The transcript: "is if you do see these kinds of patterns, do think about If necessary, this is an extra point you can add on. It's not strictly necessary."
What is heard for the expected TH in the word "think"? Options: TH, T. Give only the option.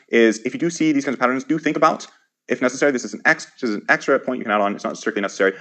TH